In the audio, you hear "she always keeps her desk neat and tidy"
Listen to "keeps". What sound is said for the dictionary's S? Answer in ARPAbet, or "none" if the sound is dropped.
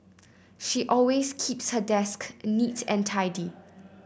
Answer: S